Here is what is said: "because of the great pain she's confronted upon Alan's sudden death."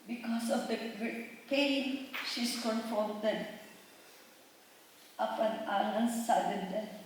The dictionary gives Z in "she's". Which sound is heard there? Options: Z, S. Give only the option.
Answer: S